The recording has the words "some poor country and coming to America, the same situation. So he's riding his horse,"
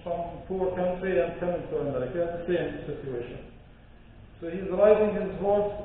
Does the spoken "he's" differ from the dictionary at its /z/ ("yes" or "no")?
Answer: no